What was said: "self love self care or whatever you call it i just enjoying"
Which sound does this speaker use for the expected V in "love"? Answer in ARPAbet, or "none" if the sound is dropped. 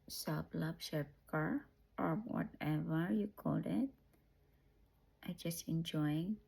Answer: B